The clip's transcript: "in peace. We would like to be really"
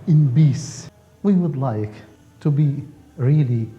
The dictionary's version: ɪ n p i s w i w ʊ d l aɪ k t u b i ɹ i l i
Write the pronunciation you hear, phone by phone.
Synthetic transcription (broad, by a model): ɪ n b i s w i w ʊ d l aɪ k t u b i ɹ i l i